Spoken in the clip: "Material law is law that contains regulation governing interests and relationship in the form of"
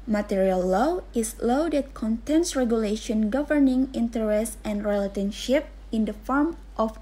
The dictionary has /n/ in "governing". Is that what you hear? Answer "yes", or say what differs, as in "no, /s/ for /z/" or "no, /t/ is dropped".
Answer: yes